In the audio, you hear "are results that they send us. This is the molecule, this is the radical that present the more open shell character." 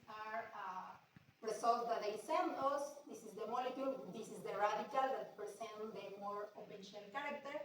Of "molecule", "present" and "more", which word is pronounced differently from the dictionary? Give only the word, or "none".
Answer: present